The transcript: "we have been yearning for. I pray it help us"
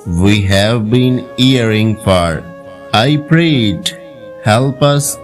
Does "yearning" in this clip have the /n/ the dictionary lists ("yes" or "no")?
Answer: no